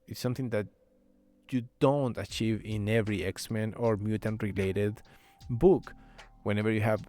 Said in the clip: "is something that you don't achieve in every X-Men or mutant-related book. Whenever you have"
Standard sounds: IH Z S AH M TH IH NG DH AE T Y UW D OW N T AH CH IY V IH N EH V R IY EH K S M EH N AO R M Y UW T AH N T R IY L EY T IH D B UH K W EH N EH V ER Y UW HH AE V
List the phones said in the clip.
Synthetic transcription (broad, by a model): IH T S AH M TH IH NG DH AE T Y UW D OW N T AH CH IY V IH N EH V R IY EH K S M EH N AO R M Y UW T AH N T R IY L EY T IH D B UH K W EH N EH V ER Y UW HH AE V